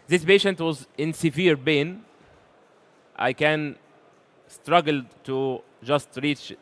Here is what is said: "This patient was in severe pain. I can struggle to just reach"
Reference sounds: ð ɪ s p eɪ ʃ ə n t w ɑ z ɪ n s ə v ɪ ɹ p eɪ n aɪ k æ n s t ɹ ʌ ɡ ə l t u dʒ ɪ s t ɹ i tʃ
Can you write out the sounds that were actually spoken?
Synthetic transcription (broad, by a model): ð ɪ s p eɪ ʃ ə n t w ɑ z ɪ n s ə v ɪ ɹ b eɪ n aɪ k æ n s t ɹ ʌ ɡ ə l t u dʒ ɪ s t ɹ i tʃ